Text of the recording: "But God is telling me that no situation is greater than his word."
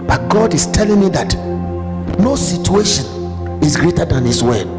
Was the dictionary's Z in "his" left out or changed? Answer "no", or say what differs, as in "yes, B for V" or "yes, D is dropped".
yes, S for Z